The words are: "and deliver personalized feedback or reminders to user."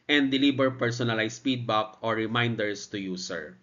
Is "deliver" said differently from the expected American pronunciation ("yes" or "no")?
yes